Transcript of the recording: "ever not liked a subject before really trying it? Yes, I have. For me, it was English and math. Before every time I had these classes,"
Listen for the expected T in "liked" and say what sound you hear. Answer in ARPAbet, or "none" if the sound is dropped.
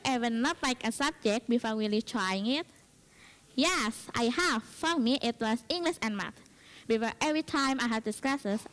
none